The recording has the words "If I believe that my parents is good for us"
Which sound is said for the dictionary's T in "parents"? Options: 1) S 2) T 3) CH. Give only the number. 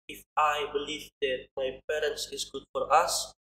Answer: 2